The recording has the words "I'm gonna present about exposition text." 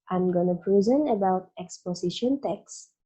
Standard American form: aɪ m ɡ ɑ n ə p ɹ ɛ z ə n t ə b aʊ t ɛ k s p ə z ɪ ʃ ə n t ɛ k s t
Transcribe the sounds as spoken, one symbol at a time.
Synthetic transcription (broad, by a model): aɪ m ɡ ɑ n ə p ɹ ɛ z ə n ə b aʊ t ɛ k s p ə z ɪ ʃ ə n t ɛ k s